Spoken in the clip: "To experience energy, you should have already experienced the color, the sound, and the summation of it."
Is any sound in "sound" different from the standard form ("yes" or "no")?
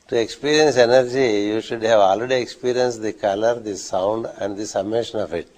no